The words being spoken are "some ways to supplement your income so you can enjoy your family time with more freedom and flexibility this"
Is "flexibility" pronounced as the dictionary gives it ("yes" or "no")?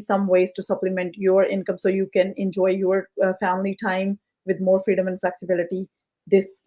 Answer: yes